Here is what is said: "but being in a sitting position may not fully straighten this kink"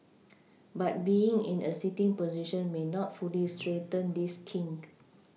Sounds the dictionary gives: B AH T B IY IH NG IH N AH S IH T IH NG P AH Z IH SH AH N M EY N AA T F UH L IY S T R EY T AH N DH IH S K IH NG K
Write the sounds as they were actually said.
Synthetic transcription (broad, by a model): B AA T B IY IH NG IH N AH S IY T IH NG P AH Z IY SH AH N M EY N AA T F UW L IY S T R EY T AH N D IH S K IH NG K